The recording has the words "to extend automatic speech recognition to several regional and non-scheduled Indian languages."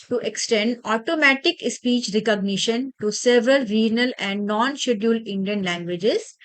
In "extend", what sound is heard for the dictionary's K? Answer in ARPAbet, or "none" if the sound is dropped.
K